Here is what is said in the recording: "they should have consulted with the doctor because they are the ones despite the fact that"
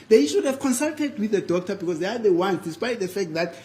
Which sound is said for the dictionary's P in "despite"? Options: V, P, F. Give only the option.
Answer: P